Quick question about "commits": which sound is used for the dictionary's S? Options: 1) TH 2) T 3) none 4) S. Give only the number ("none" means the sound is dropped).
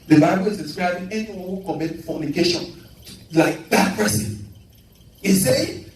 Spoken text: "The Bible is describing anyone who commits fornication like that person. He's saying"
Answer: 3